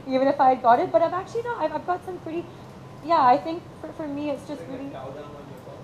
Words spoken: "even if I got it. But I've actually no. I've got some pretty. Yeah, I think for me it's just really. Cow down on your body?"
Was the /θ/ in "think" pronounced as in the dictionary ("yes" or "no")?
yes